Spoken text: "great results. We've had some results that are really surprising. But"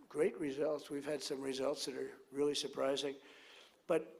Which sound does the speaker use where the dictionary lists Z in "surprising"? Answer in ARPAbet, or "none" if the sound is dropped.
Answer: Z